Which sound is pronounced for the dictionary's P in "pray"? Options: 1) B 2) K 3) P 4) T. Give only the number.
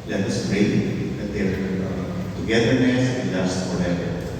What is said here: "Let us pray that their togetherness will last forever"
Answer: 1